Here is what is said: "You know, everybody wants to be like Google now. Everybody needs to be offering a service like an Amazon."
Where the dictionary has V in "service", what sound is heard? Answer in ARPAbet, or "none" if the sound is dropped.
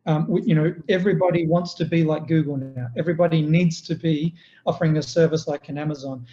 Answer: V